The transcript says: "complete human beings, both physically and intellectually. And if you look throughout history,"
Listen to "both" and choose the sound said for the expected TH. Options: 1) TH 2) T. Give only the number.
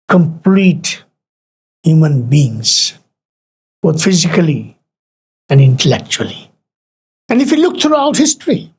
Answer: 2